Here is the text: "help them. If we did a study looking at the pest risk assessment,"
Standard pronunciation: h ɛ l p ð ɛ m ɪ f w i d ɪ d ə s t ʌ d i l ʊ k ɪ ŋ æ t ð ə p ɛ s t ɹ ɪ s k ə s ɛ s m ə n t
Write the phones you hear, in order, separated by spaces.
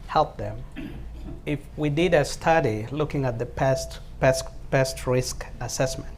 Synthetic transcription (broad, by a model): h ɛ l p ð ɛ m ɪ f w i d ɪ d ə s t ʌ d i l ʊ k ɪ ŋ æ t ð ə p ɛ s t ɹ ɪ s k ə s ɛ s m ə n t